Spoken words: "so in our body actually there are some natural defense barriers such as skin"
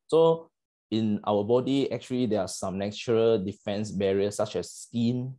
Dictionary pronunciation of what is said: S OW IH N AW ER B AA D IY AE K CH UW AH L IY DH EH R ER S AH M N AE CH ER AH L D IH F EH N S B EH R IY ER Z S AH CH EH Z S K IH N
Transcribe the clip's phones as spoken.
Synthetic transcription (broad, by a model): S OW IH N AW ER B AA D IY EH K CH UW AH L IY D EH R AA S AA M N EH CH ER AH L D IH F EH N S B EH R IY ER S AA CH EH S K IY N